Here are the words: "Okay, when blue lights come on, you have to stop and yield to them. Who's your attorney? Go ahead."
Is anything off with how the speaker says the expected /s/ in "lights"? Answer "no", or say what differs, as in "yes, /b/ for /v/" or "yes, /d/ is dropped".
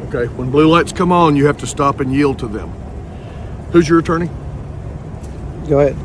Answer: no